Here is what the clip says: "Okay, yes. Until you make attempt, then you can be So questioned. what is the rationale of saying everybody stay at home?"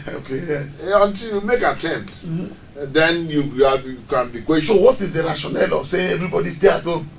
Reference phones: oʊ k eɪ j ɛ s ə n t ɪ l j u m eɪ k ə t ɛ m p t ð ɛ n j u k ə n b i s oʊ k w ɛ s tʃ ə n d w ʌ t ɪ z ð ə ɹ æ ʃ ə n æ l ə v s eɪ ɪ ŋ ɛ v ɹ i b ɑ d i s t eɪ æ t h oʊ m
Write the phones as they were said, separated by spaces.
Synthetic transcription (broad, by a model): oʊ k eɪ j ɛ s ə n t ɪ l j u m eɪ k ə t ɛ m p t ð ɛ n j u k ə n b i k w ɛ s ə w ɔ t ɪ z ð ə ɹ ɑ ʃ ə n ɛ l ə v s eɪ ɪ ɛ v ɹ i b ɑ d i s t eɪ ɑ t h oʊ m